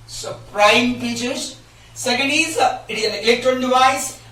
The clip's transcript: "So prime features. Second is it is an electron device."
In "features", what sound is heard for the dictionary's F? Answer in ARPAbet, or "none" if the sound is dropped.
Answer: P